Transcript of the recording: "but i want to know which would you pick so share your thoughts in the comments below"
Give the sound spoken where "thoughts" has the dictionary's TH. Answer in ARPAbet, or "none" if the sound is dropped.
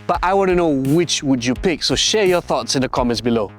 TH